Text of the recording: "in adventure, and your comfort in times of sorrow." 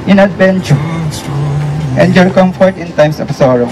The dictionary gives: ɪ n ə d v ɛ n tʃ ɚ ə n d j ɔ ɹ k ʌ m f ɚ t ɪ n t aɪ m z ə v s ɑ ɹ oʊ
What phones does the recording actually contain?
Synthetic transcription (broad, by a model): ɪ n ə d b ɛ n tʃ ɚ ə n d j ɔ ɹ k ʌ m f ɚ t ɪ n t aɪ m s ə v s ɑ ɹ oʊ